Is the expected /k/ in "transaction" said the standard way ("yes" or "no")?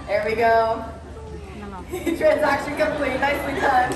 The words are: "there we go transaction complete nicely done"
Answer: yes